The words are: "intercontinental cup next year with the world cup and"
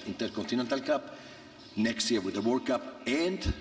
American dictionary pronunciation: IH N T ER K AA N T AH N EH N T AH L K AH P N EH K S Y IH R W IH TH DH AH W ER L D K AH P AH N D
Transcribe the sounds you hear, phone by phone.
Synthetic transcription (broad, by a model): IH N T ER K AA N T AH N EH N T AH L K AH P N EH K S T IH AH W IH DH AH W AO D K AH P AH N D